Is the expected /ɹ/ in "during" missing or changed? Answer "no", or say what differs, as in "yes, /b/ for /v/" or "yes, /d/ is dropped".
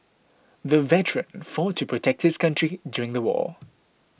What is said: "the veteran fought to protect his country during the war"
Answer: no